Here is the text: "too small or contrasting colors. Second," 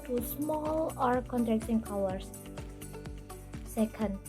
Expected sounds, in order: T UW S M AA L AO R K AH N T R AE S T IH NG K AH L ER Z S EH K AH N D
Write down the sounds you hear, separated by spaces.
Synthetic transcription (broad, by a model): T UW S M AA L AO R K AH N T R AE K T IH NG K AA W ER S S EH K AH N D